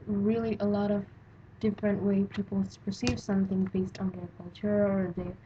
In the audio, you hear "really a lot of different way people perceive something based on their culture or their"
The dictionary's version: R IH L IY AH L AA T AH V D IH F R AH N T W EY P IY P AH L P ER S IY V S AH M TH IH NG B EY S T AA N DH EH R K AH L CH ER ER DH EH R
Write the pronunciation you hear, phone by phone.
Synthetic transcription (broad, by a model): R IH L IY AH L AA T AH V D IH F R AH N T W EY P IY P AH P ER S IY V S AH M TH IH NG B EY S T N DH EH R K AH L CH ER ER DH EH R